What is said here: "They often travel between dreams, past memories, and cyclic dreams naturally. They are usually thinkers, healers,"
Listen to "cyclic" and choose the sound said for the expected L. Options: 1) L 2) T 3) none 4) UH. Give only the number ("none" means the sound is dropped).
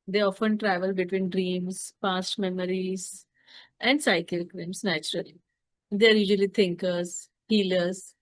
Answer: 3